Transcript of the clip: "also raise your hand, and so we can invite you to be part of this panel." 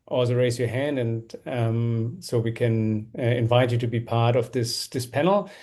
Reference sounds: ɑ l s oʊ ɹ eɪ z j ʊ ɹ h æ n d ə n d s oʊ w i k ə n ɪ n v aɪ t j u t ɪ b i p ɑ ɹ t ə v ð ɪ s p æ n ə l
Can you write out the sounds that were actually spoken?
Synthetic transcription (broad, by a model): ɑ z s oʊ ɹ eɪ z j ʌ ɹ h æ n d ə n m s oʊ w i k ə n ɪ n v aɪ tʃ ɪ t ɪ b i p ɑ ɹ t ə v ð ɪ s p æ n l